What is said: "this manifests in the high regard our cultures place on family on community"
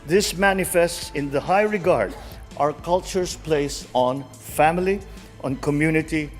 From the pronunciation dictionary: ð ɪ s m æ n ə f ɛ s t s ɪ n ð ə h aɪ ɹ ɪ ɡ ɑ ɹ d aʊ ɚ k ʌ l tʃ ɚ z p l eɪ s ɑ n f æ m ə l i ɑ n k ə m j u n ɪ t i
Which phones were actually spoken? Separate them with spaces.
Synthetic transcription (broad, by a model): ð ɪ s m æ n ə f ɛ s t s ɪ n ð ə h aɪ ɹ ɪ ɡ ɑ ɹ d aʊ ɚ k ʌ l tʃ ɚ s p l eɪ s ɑ n f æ m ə l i ɑ n k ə m j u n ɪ t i